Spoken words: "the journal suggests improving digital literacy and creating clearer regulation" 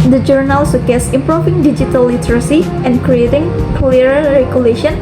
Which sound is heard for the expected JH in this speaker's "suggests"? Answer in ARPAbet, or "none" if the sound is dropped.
none